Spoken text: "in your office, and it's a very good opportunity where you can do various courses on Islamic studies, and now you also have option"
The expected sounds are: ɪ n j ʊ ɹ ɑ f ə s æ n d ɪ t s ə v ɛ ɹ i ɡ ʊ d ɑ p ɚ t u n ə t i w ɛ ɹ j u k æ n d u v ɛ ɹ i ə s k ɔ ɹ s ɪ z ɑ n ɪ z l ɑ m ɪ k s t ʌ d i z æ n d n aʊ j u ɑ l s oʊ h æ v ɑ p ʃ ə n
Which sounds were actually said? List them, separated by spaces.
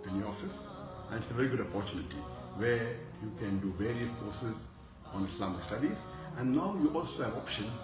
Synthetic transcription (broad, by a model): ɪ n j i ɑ f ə s æ n d ɪ t s ə v ɛ ɹ i ɡ ʊ d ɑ p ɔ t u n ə t i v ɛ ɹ j u k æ n d u v ɛ ɹ i ə s k ɔ ɹ s ɪ z ɑ n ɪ s l ɑ m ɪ k s t ʌ d i z æ n d n aʊ j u ɑ l s oʊ h æ v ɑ p ʃ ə n